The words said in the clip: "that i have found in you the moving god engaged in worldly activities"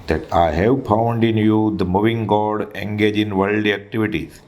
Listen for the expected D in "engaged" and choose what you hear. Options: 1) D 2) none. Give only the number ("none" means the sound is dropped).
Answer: 2